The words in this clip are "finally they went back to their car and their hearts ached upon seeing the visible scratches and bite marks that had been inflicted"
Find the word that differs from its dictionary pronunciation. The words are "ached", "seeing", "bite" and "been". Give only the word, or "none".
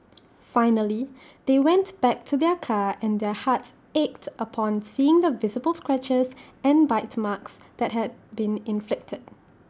none